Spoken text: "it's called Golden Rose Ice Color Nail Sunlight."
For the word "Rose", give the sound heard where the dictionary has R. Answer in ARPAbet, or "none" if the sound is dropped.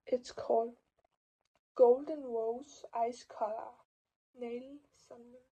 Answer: W